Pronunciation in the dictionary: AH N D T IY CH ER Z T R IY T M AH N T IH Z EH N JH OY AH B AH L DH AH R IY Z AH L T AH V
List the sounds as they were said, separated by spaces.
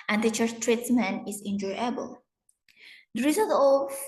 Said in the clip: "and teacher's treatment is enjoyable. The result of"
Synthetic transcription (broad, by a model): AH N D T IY CH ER T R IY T M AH N IH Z EH N JH OY AH B AH L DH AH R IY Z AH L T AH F